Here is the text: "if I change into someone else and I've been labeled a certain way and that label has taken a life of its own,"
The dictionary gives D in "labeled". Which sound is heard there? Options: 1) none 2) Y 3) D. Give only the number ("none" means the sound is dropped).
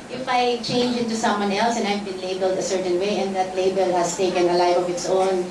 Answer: 3